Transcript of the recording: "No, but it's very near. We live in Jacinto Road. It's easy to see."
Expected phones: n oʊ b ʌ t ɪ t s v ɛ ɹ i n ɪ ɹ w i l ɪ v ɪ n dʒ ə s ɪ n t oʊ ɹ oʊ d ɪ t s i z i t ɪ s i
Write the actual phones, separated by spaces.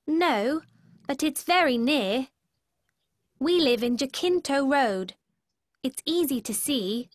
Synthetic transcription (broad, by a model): n oʊ b ʌ t ɪ t s v ɛ ɹ i n ɪ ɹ w i l ɪ v ɪ n dʒ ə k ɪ n t oʊ ɹ oʊ d ɪ t s i z i t ɪ s i